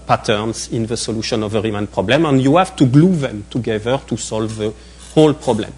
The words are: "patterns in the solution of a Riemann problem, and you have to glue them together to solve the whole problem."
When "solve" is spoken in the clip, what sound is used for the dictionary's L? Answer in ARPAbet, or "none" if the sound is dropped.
L